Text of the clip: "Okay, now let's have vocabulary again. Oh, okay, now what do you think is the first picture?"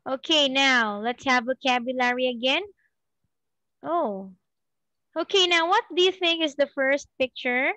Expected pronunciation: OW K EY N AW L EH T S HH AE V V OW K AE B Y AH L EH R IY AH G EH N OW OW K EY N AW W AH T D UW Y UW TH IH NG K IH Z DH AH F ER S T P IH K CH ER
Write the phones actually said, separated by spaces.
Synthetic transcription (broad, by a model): OW K EY N AW L EH T S HH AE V V OW K AE B Y AH L EH R IY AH G EH N OW OW K EY N AW W AH T D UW Y UW TH IH NG K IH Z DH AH F ER S T P IH K CH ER